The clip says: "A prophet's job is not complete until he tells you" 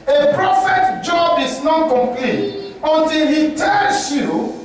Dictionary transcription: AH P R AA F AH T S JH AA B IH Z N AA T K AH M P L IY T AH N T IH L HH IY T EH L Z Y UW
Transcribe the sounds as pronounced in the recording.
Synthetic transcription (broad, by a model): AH P R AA F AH T JH AA B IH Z N AA T K AH M P L IY T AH N T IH L HH IY T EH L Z Y UW